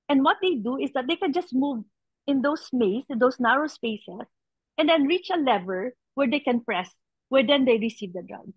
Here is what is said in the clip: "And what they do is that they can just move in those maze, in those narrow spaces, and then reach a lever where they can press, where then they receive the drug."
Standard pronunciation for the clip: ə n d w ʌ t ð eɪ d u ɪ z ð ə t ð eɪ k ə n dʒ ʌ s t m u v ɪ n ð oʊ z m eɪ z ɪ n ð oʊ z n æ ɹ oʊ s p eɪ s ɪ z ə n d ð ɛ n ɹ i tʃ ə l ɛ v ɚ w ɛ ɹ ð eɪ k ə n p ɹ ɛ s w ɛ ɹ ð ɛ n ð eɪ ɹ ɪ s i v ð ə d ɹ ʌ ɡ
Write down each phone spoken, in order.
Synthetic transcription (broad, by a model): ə n d w ʌ t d eɪ d u ɪ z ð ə t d eɪ k ə n dʒ ʌ s t m u v ɪ n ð oʊ s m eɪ s ɪ n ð oʊ s n æ ɹ oʊ s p eɪ s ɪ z ə n d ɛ n ɹ i tʃ ə l ɛ v ɚ w ɛ ɹ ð eɪ k ə n p ɹ ɛ s w ɛ ɹ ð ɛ n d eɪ ɹ ɪ s i v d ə d ɹ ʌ ɡ